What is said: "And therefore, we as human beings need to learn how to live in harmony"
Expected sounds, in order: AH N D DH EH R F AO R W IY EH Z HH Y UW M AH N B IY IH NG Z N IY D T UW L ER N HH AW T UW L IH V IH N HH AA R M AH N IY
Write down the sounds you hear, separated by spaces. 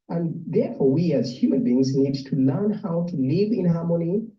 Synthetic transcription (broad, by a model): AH N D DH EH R F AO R W IY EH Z HH Y UW M AH N B IY IH NG Z N IY D T UW L ER N HH AW T UW L IH V IH N HH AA R M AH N IY